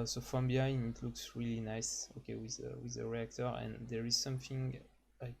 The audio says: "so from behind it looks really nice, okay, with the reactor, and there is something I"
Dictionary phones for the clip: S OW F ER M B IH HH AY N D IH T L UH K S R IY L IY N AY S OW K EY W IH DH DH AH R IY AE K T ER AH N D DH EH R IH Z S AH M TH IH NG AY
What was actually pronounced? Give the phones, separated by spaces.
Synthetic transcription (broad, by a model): S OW F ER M B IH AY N IH T L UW K S R IY L IY N AY S OW K EY W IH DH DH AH R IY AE K T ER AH N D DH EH R IH Z S AH M TH IH NG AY